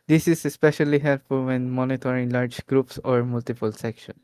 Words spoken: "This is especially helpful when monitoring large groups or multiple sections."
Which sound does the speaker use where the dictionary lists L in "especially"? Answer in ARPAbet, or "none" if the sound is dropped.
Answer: L